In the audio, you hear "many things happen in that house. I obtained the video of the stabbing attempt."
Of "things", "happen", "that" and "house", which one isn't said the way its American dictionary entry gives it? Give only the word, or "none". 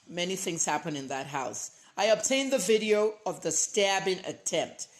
none